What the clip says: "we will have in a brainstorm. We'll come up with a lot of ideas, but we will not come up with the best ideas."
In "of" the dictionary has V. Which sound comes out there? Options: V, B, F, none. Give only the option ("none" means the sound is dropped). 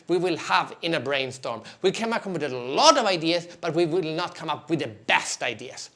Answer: V